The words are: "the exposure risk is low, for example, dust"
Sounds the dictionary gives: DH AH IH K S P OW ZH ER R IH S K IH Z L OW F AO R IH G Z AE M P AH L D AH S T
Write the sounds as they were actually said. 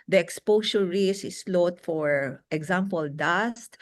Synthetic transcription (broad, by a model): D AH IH K S P OW S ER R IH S IH S L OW F AO R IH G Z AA M P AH L D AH S T